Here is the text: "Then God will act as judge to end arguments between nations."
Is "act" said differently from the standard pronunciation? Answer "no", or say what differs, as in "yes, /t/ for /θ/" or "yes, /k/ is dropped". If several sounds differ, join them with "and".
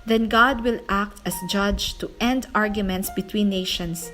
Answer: no